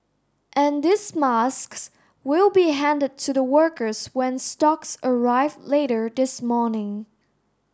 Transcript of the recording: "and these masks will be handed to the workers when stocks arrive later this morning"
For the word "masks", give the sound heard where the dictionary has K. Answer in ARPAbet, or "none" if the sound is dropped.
K